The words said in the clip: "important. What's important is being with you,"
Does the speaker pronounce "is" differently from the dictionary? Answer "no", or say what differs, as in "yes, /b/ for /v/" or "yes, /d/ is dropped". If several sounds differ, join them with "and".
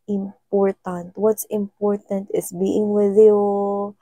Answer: yes, /s/ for /z/